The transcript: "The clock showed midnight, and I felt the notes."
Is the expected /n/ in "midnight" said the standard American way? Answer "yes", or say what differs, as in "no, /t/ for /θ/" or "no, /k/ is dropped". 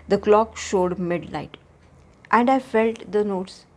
no, /l/ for /n/